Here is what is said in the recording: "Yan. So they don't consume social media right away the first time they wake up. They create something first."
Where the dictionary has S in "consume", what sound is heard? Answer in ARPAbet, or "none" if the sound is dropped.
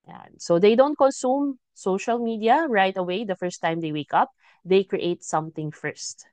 S